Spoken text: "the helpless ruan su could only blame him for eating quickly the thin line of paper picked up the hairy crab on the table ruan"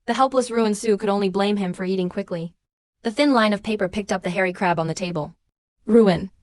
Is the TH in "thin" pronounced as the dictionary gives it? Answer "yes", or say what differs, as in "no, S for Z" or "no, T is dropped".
yes